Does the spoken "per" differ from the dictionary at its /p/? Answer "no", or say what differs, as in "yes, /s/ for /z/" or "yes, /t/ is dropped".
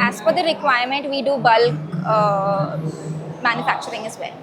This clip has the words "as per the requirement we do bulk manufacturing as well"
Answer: yes, /f/ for /p/